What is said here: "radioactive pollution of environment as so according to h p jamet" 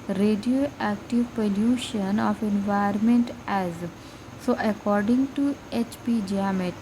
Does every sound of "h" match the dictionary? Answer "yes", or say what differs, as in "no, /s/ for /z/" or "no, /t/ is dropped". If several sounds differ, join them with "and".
yes